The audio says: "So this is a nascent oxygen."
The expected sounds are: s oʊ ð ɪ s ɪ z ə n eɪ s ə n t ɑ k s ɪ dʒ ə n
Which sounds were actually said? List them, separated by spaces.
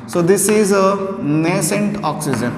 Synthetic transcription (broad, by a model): s oʊ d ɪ s ɪ z ə n eɪ s ə n t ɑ k s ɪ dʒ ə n